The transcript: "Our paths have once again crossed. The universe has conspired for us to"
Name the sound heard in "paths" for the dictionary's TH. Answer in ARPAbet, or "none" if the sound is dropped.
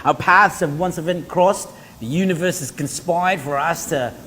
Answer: TH